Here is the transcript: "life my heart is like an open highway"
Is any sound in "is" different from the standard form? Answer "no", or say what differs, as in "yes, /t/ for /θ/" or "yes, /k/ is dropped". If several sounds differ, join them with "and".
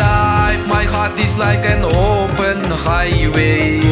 yes, /s/ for /z/